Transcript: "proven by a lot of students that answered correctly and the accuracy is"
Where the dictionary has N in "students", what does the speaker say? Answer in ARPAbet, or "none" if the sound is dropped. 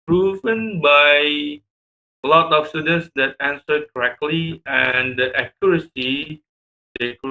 N